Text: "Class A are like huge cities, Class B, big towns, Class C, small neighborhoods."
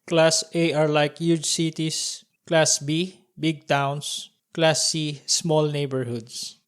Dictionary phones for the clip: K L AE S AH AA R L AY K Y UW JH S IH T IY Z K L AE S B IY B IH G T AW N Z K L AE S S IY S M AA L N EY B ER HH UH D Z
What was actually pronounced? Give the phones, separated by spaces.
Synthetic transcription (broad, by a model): K L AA S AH AA R L AY K Y UW JH S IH T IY S K L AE S B IY B IH G T AW N S K L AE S S IY S M AA L N EY B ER HH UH D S